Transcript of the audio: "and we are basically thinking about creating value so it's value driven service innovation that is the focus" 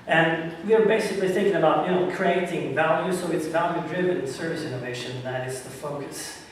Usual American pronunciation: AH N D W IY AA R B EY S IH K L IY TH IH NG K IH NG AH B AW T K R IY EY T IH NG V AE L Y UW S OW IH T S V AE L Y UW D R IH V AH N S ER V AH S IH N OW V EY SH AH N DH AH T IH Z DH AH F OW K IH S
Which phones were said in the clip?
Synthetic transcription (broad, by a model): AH N W IY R B EY S IH K L IY TH IH NG K IH NG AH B AW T K R IY EY T IH NG V AE L Y UW S OW IH T S V AE L Y UW D R IH V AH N S ER V AH S IH N OW V EY SH AH N DH AH T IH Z DH AH F OW K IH S